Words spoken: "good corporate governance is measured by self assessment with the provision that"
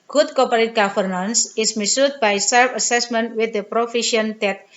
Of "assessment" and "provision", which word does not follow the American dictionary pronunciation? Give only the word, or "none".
provision